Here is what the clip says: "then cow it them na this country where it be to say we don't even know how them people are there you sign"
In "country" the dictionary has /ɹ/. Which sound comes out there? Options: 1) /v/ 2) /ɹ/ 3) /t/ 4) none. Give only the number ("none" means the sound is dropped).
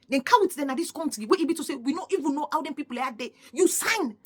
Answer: 4